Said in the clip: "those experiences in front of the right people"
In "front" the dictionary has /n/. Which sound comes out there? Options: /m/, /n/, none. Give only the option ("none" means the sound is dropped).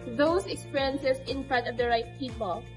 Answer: none